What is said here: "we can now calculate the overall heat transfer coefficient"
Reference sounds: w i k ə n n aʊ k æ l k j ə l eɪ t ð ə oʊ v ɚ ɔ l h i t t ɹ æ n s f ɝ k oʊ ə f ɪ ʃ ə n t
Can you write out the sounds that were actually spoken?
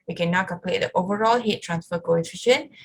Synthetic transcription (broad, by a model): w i k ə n n aʊ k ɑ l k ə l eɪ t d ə oʊ v ɚ ɔ l h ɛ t t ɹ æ n s f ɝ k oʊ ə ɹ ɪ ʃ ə n